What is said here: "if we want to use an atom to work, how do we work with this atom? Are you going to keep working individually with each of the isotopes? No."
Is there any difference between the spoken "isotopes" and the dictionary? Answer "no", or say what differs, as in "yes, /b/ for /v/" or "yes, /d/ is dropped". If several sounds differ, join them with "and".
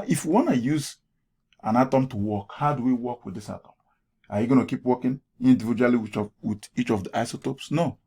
no